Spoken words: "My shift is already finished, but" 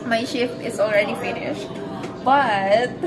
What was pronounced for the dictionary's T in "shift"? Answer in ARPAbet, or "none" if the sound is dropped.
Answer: none